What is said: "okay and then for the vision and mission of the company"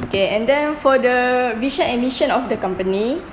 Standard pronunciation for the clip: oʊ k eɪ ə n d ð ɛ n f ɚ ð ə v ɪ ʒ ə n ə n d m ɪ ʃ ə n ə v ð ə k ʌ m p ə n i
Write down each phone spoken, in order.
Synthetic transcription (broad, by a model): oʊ k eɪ ə n d ɛ n f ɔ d ə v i ʃ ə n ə m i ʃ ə n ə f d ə k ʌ m p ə n i